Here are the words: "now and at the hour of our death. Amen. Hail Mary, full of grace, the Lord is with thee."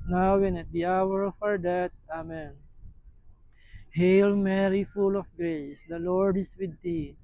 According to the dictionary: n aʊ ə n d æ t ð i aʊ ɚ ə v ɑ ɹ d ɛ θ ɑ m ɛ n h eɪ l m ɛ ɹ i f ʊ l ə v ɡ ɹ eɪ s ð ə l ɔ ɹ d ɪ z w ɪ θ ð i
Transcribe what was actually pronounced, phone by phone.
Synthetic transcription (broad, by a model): n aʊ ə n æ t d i aʊ ɚ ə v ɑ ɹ d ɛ t ɑ m ɛ n h eɪ l m ɛ ɹ i f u l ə f ɡ ɹ eɪ s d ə l ɔ ɹ d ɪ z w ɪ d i